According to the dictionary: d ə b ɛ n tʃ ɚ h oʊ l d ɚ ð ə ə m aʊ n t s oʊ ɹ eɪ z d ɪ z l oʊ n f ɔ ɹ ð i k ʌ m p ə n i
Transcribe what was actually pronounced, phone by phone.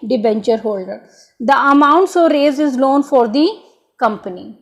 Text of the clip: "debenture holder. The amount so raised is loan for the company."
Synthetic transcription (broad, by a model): d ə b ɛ n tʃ ɚ h oʊ l d ɚ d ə ə m aʊ n t s oʊ ɹ eɪ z ɪ z l oʊ n f ɔ ɹ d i k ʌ m p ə n i